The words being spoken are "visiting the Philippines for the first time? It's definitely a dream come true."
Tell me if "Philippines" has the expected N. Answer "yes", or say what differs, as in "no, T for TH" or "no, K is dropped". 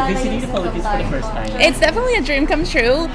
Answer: no, N is dropped